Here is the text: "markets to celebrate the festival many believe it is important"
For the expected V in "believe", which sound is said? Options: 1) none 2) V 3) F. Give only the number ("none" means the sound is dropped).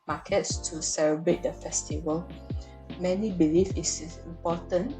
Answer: 3